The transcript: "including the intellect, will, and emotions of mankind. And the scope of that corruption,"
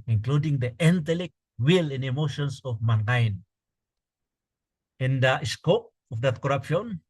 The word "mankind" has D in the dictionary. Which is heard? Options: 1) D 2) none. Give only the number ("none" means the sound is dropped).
2